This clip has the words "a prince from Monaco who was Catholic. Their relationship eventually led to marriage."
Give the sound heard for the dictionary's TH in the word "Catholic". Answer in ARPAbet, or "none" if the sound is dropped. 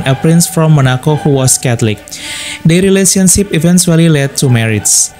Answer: T